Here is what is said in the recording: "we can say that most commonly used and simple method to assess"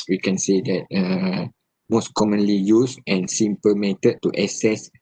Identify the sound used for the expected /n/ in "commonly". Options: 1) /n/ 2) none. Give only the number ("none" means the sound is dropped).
1